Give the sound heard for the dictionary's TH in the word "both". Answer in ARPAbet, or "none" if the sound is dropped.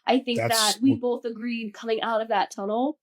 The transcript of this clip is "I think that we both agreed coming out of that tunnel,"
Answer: TH